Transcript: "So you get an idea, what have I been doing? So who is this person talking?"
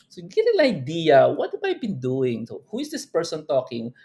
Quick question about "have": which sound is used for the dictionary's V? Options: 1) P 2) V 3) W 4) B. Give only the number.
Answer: 4